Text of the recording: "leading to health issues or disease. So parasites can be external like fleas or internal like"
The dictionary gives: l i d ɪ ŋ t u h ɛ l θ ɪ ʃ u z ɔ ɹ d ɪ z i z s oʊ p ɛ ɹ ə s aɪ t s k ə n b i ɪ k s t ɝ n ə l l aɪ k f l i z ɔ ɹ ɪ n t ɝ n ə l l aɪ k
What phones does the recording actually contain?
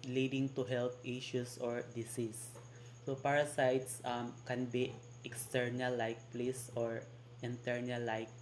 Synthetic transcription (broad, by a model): l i d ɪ ŋ t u h ɛ l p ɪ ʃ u s ɔ ɹ d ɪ s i s oʊ p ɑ ɹ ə s aɪ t s k ə n b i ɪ k s t ɝ n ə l l aɪ k p l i s ɔ ɹ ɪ n t ɝ n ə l l aɪ k